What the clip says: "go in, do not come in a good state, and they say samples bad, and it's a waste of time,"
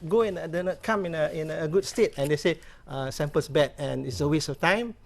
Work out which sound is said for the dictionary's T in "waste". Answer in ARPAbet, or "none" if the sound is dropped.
none